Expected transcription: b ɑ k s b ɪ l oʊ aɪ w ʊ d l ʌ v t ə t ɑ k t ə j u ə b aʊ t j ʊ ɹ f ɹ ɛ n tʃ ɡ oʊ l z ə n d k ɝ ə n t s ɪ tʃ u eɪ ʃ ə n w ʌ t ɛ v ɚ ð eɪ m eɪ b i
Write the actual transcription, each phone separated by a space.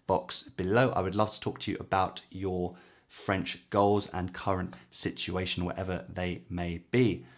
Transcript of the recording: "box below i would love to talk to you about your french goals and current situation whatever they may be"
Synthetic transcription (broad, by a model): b ɑ k s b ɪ l oʊ aɪ w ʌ d l ʌ v t ə t ɑ k t ə j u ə b aʊ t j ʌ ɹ f ɹ ɛ n tʃ ɡ oʊ l z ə n k ɝ ə n t s ɪ tʃ u eɪ ʃ ə n w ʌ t ɛ v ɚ ð eɪ m eɪ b i